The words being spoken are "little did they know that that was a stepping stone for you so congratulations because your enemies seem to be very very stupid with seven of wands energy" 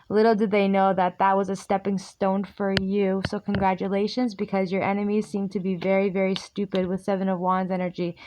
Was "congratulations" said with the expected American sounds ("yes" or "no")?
yes